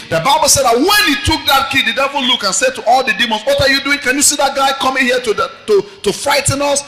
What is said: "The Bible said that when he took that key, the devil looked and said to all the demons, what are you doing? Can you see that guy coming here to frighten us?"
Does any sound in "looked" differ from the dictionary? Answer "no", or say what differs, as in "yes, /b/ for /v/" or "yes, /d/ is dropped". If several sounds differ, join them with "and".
yes, /t/ is dropped